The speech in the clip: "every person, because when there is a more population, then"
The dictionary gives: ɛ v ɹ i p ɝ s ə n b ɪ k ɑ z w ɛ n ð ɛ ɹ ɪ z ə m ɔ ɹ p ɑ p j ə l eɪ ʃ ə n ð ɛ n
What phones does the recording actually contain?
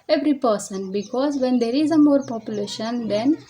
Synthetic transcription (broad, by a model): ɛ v ɹ i p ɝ s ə n b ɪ k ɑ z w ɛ n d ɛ ɹ ɪ z ə m ɔ ɹ p ɑ p j ə l eɪ ʃ ə n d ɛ n